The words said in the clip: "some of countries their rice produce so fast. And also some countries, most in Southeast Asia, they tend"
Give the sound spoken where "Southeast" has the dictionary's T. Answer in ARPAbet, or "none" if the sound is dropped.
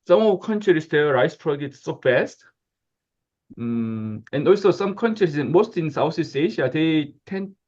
none